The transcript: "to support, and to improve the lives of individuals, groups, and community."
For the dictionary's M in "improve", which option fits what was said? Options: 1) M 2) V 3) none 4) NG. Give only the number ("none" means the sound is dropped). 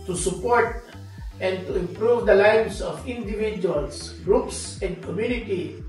1